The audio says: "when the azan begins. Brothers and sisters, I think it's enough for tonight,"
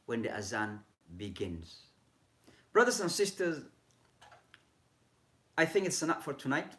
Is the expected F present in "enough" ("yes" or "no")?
no